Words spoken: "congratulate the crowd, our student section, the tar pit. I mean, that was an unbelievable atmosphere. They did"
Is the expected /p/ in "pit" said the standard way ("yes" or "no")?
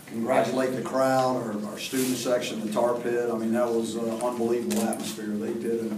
yes